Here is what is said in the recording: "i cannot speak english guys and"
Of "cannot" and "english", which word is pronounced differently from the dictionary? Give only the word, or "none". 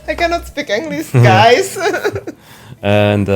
english